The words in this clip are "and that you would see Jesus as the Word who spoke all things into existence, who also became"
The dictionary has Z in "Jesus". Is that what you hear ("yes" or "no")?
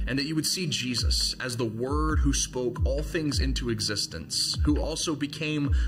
yes